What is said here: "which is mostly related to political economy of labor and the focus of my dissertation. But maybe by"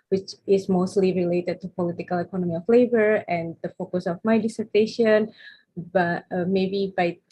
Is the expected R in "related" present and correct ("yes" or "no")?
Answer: yes